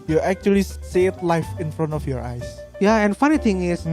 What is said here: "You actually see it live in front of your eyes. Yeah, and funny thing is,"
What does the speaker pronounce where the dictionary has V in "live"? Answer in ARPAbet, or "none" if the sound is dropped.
F